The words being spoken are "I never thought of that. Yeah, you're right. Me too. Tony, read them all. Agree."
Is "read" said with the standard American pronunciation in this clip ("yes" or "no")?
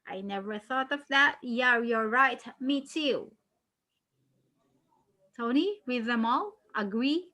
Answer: no